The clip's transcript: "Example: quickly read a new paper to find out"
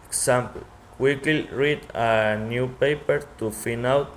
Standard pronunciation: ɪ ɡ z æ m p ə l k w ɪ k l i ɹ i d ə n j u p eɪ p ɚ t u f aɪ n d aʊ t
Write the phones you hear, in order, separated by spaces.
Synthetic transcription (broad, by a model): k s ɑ m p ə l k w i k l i ɹ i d ə n j u p eɪ p ɚ t u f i n aʊ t